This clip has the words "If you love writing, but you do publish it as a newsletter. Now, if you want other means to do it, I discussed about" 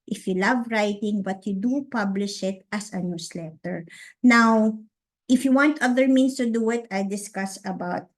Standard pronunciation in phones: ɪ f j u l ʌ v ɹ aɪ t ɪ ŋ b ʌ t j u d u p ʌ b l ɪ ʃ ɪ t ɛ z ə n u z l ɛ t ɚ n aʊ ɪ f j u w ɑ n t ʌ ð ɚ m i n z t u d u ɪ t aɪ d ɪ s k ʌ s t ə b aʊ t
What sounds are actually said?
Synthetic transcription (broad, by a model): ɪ f j u l ʌ v ɹ aɪ t ɪ ŋ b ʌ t j u d u p ʌ b l ɪ ʃ ɪ t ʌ s ə n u s l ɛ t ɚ n aʊ ɪ f j u w ɑ n t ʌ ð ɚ m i n s t u d u ɪ t aɪ d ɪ s k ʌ s ə b aʊ t